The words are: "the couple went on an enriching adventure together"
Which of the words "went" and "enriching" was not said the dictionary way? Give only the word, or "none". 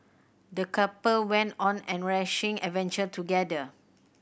enriching